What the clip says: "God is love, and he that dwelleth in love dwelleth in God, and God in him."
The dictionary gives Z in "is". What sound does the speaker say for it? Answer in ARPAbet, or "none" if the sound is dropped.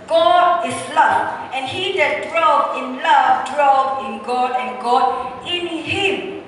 S